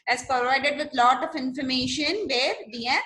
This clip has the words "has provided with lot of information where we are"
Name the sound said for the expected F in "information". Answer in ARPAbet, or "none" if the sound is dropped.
F